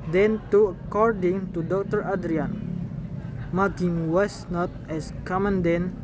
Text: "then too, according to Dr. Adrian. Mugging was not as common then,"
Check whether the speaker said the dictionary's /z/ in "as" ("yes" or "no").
no